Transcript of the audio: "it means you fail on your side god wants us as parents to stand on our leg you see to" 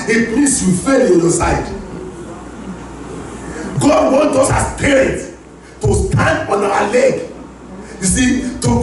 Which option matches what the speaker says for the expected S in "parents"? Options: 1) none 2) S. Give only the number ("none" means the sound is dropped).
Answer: 1